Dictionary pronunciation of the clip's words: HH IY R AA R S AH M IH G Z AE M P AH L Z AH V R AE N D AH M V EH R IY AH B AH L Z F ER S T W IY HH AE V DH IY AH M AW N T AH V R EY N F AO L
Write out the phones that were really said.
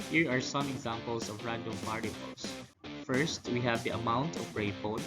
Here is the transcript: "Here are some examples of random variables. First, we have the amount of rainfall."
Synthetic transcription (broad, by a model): HH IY R AA R S AH M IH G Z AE M P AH L S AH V R AE N D AH M P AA R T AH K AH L S F ER S T W IY HH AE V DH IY AH M AW N T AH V R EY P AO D